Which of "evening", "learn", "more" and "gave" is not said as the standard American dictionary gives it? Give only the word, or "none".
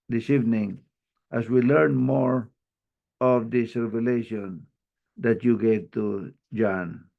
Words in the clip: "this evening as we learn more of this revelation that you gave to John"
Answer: none